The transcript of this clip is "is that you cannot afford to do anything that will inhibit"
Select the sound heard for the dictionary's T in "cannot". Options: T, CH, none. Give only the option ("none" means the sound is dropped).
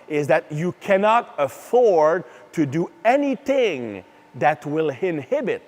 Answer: T